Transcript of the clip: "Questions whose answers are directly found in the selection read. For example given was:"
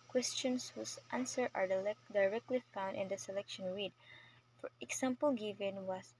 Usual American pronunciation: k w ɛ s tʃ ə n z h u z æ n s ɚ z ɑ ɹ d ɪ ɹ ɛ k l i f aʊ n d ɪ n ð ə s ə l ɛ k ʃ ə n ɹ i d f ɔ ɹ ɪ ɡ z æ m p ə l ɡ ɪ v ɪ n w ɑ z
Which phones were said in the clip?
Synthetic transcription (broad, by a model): k w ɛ s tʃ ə n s h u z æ n s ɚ ɑ ɹ d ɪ ɹ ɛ k l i f aʊ n d ɪ n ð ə s ə l ɛ k ʃ ə n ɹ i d f ɔ ɹ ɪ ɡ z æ m p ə l ɡ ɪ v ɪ n w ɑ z